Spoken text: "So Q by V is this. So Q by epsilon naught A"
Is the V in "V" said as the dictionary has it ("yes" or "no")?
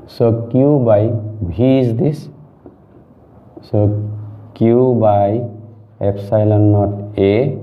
no